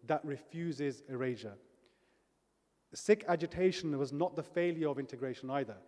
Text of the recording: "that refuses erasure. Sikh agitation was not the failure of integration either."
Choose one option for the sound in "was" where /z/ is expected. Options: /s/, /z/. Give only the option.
/z/